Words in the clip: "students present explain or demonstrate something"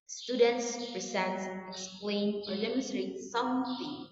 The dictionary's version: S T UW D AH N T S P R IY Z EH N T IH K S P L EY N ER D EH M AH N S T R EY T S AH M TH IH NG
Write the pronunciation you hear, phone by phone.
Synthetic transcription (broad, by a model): S T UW D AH N T S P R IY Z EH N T IH K S P L EY N ER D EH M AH S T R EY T S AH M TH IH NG